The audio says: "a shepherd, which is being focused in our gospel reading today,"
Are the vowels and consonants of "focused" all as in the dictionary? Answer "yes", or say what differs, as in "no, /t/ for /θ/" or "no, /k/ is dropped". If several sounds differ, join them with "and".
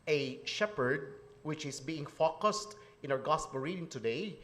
yes